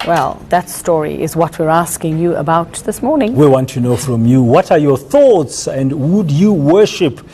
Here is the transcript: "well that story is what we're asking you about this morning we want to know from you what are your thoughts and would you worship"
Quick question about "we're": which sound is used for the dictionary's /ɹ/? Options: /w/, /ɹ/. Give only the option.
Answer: /ɹ/